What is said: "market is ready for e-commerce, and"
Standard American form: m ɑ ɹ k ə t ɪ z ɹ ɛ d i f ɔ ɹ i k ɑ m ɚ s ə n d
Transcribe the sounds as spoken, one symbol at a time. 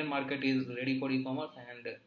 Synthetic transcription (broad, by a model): m ɑ ɹ k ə t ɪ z ɹ ɛ d i p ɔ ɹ i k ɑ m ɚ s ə n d